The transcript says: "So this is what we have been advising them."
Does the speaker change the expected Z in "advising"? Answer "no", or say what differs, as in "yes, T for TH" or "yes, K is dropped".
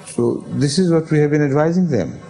no